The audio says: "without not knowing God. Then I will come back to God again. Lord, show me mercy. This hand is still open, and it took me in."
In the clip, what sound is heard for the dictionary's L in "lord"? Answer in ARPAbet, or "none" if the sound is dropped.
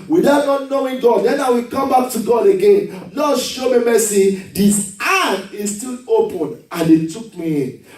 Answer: N